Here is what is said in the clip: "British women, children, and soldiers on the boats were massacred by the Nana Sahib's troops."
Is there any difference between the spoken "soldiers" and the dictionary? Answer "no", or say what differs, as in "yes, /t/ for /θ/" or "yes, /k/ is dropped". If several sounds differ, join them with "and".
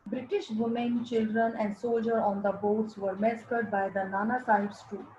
yes, /z/ is dropped